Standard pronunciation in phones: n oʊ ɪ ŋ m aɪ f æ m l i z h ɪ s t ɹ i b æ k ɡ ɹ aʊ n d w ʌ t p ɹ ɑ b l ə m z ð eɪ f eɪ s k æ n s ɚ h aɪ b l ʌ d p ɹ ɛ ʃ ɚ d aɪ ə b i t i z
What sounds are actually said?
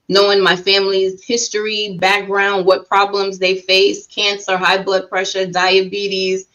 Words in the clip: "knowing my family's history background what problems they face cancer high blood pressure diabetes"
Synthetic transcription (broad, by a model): n oʊ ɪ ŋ m aɪ f æ m l i z h ɪ s t ɹ i b æ k ɡ ɹ aʊ n d w ʌ t p ɹ ɑ b l ə m z ð eɪ f eɪ s k æ n s ɚ h aɪ b l ʌ d p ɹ ɛ ʃ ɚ d aɪ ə b i t i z